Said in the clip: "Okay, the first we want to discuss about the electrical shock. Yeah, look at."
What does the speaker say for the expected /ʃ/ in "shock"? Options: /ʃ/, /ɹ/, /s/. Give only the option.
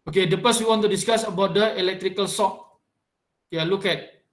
/s/